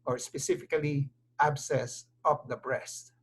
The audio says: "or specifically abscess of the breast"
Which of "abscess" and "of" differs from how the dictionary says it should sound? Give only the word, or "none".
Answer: of